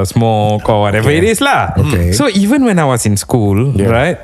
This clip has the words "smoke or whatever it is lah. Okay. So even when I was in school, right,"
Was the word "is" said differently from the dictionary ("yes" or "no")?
yes